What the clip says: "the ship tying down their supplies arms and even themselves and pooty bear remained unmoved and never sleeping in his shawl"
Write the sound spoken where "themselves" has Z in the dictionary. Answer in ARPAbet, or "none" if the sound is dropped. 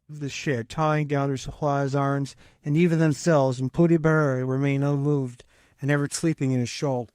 Z